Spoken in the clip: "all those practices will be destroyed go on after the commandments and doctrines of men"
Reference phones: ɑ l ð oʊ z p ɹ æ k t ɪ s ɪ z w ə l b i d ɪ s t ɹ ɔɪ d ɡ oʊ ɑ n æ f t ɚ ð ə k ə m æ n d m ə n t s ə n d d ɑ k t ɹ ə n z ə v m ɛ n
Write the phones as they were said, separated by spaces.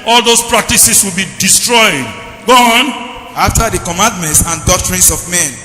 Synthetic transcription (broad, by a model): ɑ l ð oʊ s p ɹ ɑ k t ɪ s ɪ s w ə l b i d ɪ s t ɹ ɔɪ d ɡ oʊ ɑ n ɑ f t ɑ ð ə k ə m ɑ n d m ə n t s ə n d d ɑ k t ɹ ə n s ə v m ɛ n